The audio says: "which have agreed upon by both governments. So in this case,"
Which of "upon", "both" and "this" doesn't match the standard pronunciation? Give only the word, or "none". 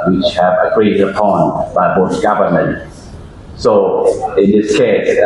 both